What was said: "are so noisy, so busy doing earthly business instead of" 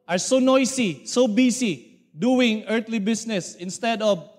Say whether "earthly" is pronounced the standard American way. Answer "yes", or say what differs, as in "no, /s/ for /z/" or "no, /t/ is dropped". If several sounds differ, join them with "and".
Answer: no, /t/ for /θ/